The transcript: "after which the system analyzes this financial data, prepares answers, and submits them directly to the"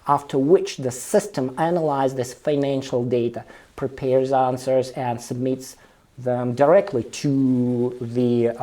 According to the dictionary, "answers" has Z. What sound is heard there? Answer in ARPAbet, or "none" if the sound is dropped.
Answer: Z